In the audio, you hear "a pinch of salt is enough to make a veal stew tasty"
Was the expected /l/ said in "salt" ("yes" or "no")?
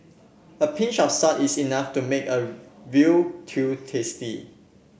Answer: no